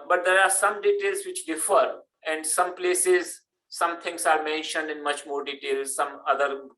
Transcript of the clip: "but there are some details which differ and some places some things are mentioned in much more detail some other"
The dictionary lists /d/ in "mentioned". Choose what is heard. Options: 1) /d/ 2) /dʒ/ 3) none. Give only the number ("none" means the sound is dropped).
1